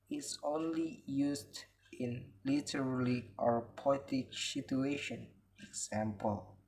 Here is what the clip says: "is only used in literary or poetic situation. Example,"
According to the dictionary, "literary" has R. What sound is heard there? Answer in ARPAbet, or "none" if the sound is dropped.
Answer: L